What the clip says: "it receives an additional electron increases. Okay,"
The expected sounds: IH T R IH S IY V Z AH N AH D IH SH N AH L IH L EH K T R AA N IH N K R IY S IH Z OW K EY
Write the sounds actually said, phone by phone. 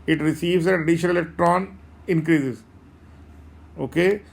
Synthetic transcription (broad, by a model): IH T R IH S IY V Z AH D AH D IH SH AH N IH L EH K T R AA N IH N K R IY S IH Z OW K EY